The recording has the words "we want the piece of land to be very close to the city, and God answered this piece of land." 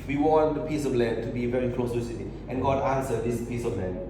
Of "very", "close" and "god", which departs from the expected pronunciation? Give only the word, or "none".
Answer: none